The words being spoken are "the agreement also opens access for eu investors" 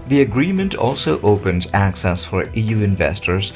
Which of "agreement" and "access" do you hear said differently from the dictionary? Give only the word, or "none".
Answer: none